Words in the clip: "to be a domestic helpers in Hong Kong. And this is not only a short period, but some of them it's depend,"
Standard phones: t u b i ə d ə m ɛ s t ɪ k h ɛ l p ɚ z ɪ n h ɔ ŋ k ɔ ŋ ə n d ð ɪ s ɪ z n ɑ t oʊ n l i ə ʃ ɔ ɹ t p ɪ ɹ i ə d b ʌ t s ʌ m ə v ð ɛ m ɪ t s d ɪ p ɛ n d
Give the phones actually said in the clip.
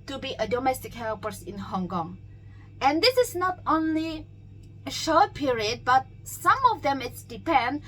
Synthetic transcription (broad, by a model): t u b i ə d ə m ɛ s t ɪ k h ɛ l p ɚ s ɪ n h ɔ ŋ k ɔ ŋ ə n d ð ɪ s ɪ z n ɑ t oʊ n l i ə ʃ ɔ ɹ t p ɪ ɹ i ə d b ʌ t s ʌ m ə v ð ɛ m ɪ t s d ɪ p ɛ n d